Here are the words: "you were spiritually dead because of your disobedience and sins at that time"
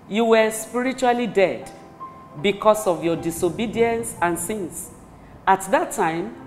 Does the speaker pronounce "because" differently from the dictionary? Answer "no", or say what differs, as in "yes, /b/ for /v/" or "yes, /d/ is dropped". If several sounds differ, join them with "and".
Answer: yes, /s/ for /z/